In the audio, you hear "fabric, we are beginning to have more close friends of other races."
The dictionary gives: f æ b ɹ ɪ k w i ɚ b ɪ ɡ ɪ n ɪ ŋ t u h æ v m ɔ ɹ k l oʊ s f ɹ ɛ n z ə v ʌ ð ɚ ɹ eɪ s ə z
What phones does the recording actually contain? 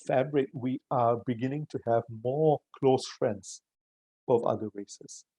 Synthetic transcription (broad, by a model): f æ b ɹ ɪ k w i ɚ b ɪ ɡ ɪ n ɪ ŋ t u h æ v m ɔ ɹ k l oʊ s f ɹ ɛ n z ə v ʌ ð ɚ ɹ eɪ s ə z